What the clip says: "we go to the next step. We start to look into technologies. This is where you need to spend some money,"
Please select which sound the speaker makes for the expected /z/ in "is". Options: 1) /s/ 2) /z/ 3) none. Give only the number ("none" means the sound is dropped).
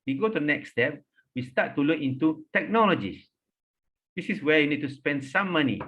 1